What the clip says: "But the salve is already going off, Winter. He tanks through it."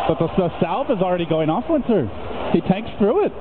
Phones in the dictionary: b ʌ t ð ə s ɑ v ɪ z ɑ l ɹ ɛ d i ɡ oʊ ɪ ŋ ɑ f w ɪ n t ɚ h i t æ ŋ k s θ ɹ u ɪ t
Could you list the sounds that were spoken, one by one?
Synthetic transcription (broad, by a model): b ʌ t ð ə s ɑ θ ɪ z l ɹ ɛ d i ɡ oʊ ɪ ŋ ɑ f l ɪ n s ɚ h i t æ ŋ k s θ ɹ u ɪ t